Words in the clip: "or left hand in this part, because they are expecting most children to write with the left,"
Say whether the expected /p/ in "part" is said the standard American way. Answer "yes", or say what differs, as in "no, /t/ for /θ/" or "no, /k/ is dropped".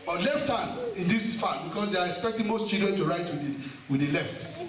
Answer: no, /f/ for /p/